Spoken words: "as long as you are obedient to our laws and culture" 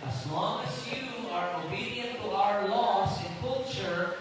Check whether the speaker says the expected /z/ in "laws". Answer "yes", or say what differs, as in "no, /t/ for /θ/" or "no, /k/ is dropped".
no, /s/ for /z/